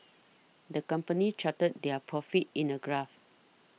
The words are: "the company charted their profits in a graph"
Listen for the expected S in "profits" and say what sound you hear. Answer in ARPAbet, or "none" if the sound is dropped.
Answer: none